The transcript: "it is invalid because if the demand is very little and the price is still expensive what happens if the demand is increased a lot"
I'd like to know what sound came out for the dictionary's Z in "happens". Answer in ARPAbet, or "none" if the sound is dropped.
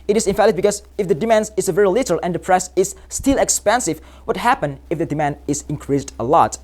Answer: none